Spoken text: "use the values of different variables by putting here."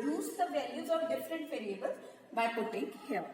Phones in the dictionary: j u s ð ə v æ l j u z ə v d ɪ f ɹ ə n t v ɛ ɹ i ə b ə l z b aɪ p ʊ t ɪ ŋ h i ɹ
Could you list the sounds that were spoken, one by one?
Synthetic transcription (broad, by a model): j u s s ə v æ l j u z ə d d ɪ f ɹ ə n t p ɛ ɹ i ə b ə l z b aɪ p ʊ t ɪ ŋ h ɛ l